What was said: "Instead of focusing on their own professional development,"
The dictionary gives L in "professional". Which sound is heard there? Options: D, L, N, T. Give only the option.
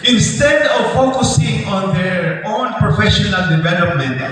L